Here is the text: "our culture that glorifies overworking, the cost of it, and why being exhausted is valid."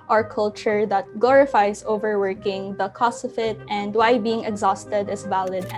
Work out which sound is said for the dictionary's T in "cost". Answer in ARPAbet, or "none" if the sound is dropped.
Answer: none